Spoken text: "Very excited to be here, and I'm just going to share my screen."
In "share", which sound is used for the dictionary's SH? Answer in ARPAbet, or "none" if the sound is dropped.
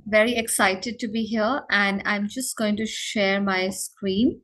SH